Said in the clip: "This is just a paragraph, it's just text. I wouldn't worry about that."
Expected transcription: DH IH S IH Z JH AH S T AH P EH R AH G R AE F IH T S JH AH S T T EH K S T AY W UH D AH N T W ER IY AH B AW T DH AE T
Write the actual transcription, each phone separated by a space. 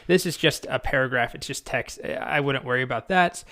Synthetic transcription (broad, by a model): DH IH S IH Z JH AH S T AH P EH R AH G R AE F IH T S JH AH S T T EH K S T AY W UH D N T W ER IY AH B AW T DH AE T